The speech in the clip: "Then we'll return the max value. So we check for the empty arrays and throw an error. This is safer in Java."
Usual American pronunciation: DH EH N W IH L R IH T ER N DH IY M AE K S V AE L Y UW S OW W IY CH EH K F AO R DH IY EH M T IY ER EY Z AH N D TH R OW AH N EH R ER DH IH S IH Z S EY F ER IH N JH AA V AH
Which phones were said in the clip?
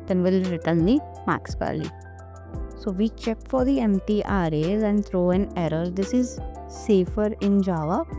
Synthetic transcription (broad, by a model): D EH N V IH L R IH T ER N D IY M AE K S P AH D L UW S OW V IY CH EH K F AO R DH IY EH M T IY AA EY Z AH N D T R OW AH N EH R ER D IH S IH Z S EY F ER IH N JH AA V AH